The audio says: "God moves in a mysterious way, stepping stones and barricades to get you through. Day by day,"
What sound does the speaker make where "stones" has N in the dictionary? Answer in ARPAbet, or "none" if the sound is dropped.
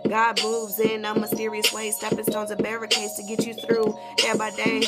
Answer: none